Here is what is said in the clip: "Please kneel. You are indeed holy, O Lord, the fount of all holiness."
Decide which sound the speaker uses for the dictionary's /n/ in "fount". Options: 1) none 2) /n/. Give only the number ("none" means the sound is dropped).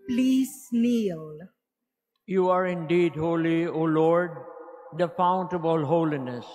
2